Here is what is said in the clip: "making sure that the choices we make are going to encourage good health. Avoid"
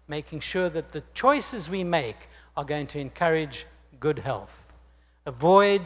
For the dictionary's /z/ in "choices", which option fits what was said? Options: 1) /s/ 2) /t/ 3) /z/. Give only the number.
3